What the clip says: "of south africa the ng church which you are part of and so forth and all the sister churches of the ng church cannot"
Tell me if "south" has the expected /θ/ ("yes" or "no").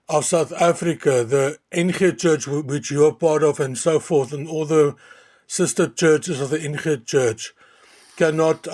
yes